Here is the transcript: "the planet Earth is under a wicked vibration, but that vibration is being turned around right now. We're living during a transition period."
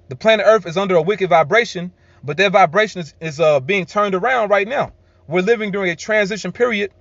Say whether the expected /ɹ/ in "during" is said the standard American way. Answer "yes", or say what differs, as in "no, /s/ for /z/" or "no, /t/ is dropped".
yes